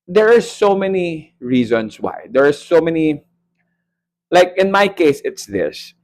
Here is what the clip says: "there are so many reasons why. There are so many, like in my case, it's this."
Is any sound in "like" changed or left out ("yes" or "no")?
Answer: no